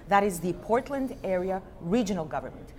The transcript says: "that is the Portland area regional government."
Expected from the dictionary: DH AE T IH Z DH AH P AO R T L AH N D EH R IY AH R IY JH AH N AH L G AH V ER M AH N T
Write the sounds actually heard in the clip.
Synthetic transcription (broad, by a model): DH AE T IH Z DH AH P AO R T L AH N D EH R IY AH R IY JH AH N AH L G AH V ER M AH N T